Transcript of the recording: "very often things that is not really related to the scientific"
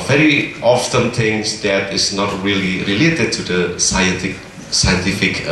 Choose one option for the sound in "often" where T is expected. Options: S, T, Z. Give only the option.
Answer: S